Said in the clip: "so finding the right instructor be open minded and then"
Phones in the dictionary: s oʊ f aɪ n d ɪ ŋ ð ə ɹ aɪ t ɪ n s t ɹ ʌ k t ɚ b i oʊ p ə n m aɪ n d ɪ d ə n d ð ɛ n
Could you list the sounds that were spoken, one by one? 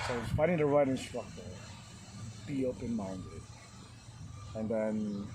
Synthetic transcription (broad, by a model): s oʊ p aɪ d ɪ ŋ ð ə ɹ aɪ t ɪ n s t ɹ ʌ k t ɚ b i oʊ p ə n m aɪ n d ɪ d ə n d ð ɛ n